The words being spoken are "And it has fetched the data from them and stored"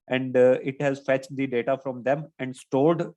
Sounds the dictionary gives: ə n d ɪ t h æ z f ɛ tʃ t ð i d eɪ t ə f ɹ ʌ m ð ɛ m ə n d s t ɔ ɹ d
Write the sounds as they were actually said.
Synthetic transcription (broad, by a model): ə n d ɪ t h æ z f ɛ tʃ t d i d eɪ t ə f ɹ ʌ m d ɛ m ə n d s t ɔ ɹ d